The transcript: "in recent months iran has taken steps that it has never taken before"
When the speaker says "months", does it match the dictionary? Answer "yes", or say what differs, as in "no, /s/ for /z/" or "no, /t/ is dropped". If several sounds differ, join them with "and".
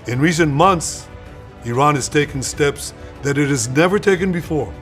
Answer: yes